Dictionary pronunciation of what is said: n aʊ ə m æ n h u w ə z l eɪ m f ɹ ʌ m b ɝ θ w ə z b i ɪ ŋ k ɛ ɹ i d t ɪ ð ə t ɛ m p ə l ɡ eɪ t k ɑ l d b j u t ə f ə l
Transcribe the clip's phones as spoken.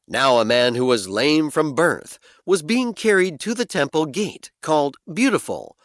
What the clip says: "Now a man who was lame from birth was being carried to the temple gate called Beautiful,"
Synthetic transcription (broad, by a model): n aʊ ə m æ n h u w ə z l eɪ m f ɹ ʌ m b ɝ θ w ə z b i ɪ ŋ k ɛ ɹ i d t ɪ ð ə t ɛ m p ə l ɡ eɪ t k ɑ l d b j u t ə f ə l